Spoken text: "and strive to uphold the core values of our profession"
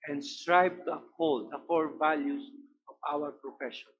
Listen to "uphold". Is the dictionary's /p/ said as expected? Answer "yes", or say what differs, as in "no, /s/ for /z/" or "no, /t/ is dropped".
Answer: no, /p/ is dropped